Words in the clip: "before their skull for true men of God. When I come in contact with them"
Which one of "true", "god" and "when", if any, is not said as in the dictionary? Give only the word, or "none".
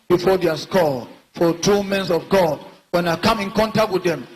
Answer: true